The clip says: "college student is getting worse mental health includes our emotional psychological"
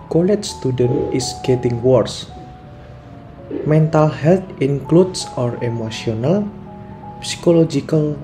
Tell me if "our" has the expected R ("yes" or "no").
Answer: yes